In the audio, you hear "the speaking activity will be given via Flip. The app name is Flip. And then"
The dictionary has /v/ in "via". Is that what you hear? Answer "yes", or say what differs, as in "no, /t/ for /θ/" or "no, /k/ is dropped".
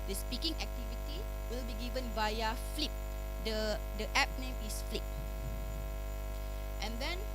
no, /b/ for /v/